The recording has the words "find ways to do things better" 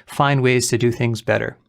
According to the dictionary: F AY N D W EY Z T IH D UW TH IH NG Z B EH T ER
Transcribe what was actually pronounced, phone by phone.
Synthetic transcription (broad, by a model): F AY N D W EY Z T IH D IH TH IH NG Z B EH T ER